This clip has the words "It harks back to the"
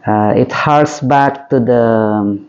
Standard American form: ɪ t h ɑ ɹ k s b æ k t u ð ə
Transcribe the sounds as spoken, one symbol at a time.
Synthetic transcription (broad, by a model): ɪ t h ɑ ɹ s b æ k t u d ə